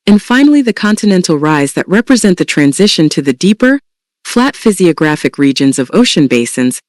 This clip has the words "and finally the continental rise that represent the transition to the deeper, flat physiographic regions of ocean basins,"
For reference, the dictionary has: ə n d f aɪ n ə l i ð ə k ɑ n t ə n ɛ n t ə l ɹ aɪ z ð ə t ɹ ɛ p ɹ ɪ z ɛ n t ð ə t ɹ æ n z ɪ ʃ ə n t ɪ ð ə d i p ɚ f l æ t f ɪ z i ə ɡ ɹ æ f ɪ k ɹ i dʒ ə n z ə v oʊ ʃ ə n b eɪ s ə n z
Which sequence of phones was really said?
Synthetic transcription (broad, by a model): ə n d f aɪ n l i ð ə k ɑ n t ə n ɛ n t l ɹ aɪ z ð ə t ɹ ɛ p ɹ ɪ z ɛ n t ð ə t ɹ æ n z ɪ ʃ ə n t ɪ ð ə d i p ɚ f l æ t f ɪ z i ə ɡ ɹ æ f ɪ k ɹ i dʒ ə n z ə v oʊ ʃ ə n b eɪ s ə n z